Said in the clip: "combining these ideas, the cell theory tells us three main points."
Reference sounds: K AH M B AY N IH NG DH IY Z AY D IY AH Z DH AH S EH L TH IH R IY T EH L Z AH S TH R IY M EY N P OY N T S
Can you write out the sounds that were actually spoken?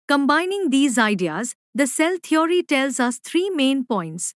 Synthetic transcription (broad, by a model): K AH M B AY N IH NG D IY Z AY D IY AH Z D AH S EH L T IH R IY T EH L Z AH S T R IY M EY N P OY N T S